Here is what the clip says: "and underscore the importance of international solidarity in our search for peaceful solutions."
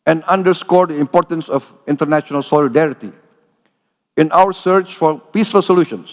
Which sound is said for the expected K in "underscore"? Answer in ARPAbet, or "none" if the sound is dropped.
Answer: K